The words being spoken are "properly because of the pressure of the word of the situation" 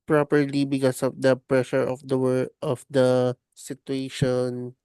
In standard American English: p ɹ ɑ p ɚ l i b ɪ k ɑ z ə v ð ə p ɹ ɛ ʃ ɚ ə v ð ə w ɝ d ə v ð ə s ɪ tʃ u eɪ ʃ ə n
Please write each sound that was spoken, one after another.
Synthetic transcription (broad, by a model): p ɹ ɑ p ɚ l i b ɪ k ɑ s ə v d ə p ɹ ɛ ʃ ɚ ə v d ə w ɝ ə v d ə s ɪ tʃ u eɪ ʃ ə n